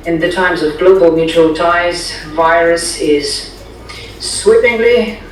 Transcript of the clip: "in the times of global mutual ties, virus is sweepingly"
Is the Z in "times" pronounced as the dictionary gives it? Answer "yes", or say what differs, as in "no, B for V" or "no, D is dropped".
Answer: yes